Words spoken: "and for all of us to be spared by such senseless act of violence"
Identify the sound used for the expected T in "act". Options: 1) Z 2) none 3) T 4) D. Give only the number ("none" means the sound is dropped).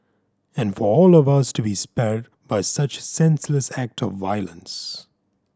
3